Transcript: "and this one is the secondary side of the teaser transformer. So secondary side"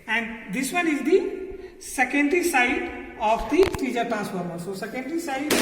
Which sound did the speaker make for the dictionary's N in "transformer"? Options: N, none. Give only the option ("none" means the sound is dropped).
none